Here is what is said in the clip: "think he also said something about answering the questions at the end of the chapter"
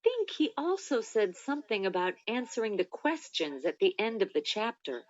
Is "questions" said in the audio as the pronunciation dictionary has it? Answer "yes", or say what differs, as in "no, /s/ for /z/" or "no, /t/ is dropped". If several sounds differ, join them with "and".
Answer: yes